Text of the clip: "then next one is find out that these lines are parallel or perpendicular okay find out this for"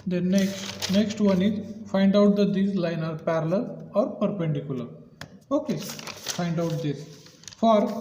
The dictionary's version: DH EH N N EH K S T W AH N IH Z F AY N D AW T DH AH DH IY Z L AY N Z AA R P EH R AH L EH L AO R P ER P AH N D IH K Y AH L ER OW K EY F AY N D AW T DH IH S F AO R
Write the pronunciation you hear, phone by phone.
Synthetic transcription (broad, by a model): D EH N N EH K S T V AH N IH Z F AY N D AW T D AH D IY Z L AY N AA R P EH R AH L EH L AO R P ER P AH N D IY K Y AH L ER OW K EY F AY N D AW T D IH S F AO R